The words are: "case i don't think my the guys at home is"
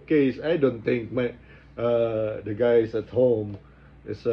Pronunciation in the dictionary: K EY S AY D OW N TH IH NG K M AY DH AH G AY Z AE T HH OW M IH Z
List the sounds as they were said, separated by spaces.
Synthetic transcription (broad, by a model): K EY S AY D OW N T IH NG K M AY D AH G AY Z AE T HH OW M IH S